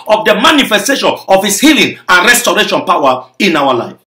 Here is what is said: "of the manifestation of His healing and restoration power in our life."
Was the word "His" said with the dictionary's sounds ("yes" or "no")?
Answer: no